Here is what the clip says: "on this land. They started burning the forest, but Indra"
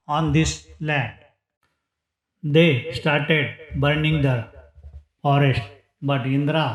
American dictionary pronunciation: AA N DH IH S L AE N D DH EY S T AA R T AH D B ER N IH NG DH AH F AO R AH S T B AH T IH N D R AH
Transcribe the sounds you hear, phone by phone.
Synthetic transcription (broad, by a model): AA N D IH S L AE D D EY S T AA R T AH D B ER N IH NG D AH F AO R AH S T B AH T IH N D R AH